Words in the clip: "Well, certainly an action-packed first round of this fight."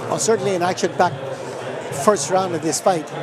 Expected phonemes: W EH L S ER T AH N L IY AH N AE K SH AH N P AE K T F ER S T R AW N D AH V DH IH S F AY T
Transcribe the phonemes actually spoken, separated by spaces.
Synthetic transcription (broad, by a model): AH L S ER T N L IY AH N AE K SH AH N B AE K F ER S T R AW N D AH V DH IH S F AY T